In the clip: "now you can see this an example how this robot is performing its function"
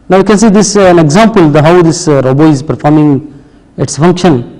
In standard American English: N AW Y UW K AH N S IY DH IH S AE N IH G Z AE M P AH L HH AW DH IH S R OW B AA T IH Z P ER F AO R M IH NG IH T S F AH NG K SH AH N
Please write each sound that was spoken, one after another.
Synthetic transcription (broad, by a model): N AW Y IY K AH N S IY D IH S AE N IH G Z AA M P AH L HH AW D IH S R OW B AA IH Z P ER F AO R M IH NG IH T S F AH NG K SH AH N